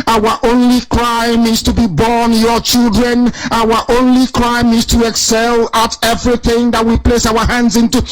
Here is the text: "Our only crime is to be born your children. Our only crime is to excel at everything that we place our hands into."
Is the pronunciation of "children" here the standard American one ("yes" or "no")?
yes